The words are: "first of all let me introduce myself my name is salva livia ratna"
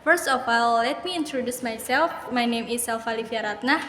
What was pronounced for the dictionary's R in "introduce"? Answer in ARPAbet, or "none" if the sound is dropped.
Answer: R